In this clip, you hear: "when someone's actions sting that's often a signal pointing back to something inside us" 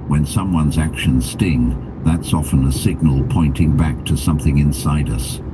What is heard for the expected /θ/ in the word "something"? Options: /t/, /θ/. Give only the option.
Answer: /θ/